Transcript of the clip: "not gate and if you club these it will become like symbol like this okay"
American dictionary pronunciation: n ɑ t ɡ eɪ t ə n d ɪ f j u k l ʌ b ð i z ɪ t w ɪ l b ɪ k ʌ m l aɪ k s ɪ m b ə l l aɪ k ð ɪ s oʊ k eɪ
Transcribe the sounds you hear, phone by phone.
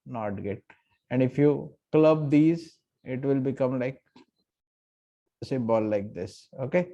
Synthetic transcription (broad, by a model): n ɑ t ɡ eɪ t ə n d ɪ f j u k l ʌ b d i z ɪ t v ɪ l b ɪ k ʌ m l aɪ k s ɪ b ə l l aɪ k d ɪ s oʊ k eɪ